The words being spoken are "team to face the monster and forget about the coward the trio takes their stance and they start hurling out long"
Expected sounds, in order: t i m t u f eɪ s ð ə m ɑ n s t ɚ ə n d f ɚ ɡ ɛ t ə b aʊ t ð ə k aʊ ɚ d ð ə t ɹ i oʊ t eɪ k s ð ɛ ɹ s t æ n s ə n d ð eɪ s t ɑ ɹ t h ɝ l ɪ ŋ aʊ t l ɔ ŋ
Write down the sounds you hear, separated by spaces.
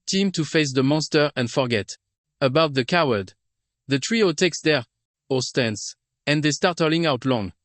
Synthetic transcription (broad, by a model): t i m t u f eɪ s ð ə m ɑ n s t ɚ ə n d f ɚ ɡ ɛ t ə b aʊ t ð ə k aʊ ɚ d ð ə t ɹ i oʊ t eɪ k s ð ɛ ɹ s t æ n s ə n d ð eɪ s t ɑ ɹ t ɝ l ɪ ŋ aʊ t l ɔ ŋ